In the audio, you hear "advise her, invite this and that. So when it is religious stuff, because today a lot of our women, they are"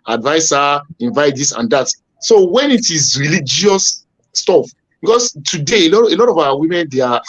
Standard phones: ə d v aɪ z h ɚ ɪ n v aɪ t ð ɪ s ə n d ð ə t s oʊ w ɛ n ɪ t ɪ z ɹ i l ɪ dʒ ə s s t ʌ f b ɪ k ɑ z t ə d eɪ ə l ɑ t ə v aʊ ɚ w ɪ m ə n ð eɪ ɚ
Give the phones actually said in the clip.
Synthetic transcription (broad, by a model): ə d v aɪ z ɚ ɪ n v aɪ t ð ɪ s ə n d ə t s oʊ w ɛ n ɪ t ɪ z ɹ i l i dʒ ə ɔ s t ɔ f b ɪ k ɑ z t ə d eɪ ə l ɑ t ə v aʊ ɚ w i m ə n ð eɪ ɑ